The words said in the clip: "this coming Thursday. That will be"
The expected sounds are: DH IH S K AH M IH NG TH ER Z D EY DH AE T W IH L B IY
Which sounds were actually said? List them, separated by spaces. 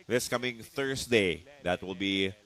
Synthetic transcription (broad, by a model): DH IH S K AH M IH NG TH ER S D EY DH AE T W IH L B IY